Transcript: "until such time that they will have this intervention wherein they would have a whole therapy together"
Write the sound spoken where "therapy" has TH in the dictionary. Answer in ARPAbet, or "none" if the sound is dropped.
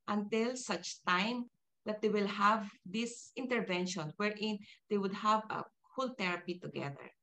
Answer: T